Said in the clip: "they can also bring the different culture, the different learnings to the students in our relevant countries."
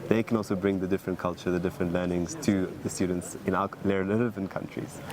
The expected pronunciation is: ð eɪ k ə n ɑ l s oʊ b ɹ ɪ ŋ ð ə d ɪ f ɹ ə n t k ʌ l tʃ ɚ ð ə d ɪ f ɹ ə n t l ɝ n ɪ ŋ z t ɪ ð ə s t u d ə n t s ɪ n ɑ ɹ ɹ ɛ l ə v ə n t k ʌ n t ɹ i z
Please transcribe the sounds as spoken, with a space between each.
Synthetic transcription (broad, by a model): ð eɪ k ə n ɑ l s oʊ b ɹ ɪ ŋ ð ə d ɪ f ɹ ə n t k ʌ l tʃ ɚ ð ə d ɪ f ɹ ə n t l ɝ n ɪ ŋ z t ɪ ð ə s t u d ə n t s ɪ n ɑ l ɹ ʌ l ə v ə n k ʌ n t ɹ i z